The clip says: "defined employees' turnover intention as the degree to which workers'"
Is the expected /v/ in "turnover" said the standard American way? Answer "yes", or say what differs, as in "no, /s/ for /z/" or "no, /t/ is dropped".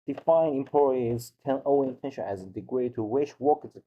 no, /v/ is dropped